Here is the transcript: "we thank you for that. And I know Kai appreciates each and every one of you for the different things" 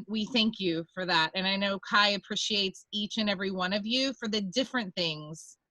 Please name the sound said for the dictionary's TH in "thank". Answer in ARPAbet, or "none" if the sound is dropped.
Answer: TH